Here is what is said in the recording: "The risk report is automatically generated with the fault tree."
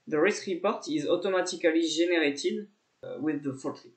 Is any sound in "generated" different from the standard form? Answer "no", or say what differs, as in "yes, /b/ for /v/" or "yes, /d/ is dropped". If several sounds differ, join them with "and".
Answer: yes, /ʒ/ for /dʒ/